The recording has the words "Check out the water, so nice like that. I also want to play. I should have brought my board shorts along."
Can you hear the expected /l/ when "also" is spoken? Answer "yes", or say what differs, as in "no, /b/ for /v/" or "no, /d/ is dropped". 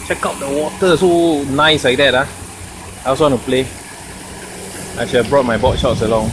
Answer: no, /w/ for /l/